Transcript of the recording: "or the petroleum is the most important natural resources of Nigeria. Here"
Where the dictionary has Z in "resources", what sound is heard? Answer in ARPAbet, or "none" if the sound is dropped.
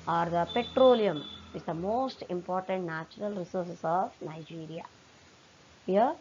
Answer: S